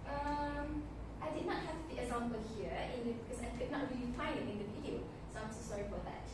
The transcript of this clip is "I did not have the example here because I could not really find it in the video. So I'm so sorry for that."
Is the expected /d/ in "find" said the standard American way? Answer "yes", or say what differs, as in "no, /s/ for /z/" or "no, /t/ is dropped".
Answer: no, /d/ is dropped